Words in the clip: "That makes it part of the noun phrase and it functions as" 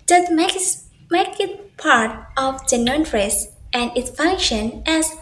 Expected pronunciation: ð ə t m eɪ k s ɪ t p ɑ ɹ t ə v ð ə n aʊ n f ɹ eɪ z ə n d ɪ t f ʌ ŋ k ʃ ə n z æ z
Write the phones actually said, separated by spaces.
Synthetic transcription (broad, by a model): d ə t m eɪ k ɪ t p ɑ ɹ t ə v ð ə n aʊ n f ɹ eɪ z ə n d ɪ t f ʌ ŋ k ʃ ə n æ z